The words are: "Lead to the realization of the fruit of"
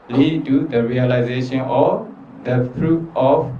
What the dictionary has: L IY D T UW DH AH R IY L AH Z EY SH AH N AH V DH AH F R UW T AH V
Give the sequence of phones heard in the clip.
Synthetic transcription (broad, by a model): L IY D T UW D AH R IY L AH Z EY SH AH N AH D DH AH P R UW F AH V